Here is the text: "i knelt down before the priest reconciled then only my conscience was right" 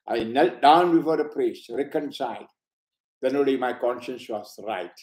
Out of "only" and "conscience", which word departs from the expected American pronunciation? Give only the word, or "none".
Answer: only